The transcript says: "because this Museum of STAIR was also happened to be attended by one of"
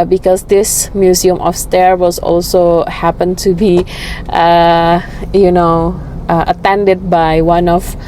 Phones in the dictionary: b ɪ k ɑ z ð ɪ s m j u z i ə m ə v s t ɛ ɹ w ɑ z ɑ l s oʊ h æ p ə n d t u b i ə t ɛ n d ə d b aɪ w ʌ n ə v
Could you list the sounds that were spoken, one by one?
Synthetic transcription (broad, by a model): b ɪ k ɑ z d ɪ s m j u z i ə m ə f s t ɛ ɹ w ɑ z ɑ l s oʊ h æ p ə n t u b i ə t ɛ n d ə d b aɪ w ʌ n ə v